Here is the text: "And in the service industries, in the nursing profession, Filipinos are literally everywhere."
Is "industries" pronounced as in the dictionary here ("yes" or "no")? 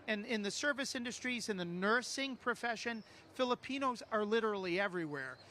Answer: yes